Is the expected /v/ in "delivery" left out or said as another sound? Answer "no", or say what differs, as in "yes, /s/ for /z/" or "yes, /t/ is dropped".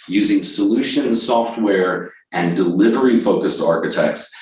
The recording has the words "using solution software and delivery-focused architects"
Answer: no